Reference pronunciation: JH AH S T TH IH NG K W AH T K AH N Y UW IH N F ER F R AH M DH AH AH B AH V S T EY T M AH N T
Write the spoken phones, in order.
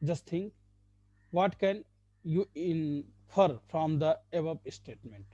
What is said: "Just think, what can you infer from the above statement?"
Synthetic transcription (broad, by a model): JH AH S T T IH NG K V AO T K AH N Y UW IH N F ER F R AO M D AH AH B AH P S T EY T M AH N T